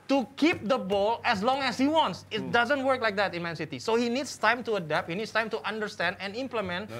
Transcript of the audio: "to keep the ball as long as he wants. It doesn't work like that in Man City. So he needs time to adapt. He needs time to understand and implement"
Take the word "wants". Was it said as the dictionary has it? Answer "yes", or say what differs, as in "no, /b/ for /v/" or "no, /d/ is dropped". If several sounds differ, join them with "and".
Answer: yes